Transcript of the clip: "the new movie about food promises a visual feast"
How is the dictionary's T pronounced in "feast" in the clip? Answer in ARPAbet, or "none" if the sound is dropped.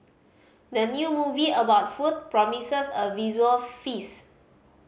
none